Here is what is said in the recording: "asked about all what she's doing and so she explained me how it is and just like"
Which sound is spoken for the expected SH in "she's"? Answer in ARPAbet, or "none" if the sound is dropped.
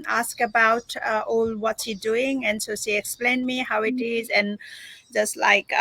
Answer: S